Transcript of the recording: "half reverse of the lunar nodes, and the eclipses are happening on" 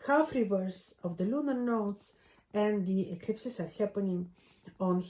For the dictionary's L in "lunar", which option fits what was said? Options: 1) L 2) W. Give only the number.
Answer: 1